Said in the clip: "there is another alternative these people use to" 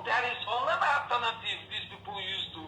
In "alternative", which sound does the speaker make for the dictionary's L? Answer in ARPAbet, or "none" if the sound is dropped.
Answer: none